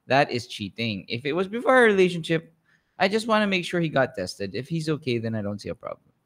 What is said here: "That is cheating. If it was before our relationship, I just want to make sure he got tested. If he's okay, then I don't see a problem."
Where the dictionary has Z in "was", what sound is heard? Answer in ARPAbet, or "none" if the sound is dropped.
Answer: Z